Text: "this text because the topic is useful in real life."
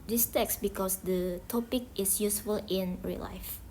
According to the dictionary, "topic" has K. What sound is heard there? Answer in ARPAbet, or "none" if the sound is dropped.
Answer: K